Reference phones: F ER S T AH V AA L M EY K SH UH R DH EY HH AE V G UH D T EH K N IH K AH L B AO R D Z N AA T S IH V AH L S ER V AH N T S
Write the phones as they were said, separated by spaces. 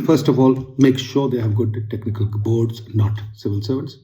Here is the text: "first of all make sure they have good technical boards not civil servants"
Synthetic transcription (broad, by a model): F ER S T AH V AA L M EY K SH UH R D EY HH AE V G UH D T EH K N IH K AH L B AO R D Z N AA T S IH V AH L S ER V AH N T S